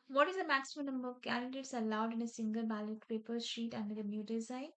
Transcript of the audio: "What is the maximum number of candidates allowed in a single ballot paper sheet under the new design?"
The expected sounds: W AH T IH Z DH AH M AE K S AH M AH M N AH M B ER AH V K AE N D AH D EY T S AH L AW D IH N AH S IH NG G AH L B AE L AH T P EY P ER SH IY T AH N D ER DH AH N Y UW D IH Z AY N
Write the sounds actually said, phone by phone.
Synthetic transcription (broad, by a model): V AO T IH Z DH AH M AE K S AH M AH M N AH M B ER AH V K AE N D AH D EY T S AH L AW D IH N AH S IH NG G AH L B AE L AH T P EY P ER SH IY T AH N D ER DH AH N Y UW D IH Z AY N